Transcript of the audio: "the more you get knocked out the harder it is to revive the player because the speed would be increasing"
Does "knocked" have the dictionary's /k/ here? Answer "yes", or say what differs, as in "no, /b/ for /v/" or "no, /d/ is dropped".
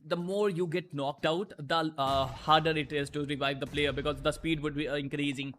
yes